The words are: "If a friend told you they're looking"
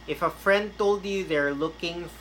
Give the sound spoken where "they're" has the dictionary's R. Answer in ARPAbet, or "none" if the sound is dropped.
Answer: R